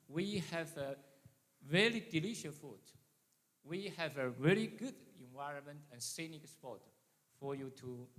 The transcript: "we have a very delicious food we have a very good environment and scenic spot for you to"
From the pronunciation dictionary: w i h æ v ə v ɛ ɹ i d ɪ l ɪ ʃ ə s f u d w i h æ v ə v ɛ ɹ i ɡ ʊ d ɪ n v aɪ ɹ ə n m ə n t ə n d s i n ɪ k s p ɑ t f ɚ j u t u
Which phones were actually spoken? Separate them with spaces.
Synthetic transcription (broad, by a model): w i h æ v ə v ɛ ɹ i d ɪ l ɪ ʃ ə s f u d w i h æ v ə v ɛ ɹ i ɡ ʊ d ɪ n v aɪ ɹ ə n m ə n t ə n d s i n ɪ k s p ɑ t f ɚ j u t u